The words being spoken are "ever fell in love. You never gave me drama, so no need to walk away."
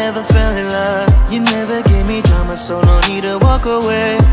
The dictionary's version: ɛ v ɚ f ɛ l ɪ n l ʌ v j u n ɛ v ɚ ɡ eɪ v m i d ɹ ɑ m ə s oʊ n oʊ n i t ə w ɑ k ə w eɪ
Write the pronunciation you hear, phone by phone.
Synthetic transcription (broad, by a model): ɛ v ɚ f ɛ l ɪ l ʌ v j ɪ n ɛ v ɚ ɡ eɪ v m i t ɑ m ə s oʊ l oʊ n i t ə w ɑ k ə w eɪ